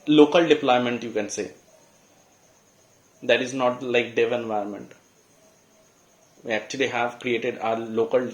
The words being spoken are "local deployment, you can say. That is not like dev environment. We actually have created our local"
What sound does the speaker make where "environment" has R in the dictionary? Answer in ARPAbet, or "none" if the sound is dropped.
none